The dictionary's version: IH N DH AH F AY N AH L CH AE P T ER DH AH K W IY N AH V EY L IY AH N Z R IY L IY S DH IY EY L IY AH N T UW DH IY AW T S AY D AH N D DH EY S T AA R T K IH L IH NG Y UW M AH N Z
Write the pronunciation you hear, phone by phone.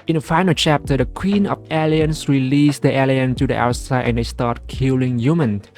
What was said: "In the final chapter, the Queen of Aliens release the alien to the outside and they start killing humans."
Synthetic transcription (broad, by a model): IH N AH F AY N AH L CH AE P T ER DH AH K W IY N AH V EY L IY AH N S R IY L IY S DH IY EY L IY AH N T UW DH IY AW T S AY D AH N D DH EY S T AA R T K IH L IH NG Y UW M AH N